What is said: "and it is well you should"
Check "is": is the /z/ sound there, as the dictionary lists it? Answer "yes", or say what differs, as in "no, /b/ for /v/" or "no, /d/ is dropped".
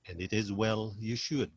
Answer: yes